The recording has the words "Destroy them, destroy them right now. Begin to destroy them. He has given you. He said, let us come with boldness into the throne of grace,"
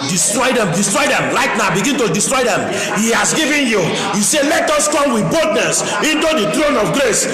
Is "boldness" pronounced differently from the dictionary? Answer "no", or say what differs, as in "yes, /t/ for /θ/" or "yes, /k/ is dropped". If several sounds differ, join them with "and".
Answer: yes, /l/ is dropped